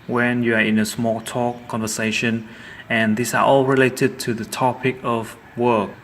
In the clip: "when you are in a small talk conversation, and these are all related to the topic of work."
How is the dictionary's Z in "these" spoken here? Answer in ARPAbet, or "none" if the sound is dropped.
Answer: S